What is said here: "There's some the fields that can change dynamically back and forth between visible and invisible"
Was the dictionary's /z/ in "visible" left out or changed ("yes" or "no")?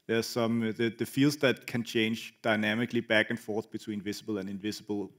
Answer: yes